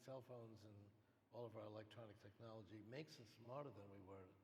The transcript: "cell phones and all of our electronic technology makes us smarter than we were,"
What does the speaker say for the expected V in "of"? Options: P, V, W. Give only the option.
V